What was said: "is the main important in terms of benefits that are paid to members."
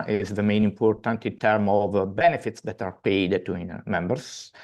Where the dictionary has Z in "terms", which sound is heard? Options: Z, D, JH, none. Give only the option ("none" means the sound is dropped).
none